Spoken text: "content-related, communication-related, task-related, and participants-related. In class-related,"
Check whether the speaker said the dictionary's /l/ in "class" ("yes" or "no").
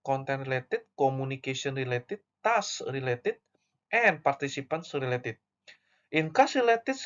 no